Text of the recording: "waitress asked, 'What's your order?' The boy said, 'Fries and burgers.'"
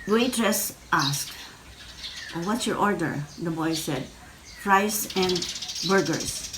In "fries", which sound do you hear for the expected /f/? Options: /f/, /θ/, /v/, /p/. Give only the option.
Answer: /p/